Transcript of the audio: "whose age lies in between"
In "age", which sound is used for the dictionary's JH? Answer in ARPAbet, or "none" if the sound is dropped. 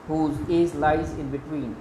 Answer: Z